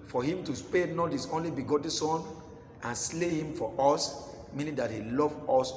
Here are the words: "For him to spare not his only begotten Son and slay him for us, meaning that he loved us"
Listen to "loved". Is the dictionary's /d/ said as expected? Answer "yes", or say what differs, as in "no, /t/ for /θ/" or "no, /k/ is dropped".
no, /d/ is dropped